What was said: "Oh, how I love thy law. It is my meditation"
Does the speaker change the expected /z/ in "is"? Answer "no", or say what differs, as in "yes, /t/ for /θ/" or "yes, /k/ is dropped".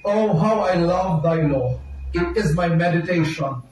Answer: no